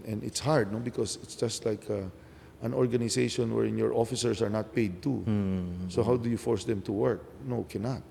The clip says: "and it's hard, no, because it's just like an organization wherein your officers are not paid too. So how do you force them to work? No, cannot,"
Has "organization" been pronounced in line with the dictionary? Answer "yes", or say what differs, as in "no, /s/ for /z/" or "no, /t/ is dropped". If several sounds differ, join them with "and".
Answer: no, /s/ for /z/